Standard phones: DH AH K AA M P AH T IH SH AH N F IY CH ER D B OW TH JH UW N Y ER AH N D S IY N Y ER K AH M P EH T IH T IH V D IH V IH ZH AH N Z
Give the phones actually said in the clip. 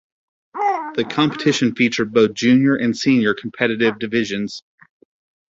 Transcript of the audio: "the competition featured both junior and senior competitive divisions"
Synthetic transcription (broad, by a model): DH AH K AA M P AH T IH SH AH N F IY CH ER B OW TH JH UW N Y ER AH N S IY N Y ER K M P EH T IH T IH V D IH V IH ZH AH N Z